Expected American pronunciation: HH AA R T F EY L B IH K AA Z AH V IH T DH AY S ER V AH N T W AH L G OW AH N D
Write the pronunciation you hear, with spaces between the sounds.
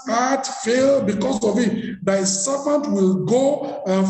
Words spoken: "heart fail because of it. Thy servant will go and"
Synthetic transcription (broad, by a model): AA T F EY L B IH K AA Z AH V IH T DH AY S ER P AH N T W AH L G OW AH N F